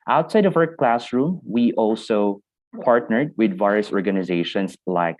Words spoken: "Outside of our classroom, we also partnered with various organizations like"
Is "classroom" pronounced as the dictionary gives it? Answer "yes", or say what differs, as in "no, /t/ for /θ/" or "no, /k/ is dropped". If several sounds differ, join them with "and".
yes